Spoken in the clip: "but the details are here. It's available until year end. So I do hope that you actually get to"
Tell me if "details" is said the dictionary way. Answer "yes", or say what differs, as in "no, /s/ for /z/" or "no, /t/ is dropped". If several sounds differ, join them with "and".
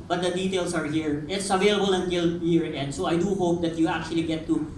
no, /s/ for /z/